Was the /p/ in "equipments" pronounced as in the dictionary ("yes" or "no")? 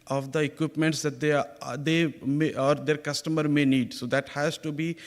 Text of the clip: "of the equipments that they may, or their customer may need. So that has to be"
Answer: yes